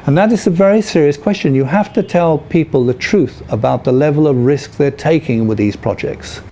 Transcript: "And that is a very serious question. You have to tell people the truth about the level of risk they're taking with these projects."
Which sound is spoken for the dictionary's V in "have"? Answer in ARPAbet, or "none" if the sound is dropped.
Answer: F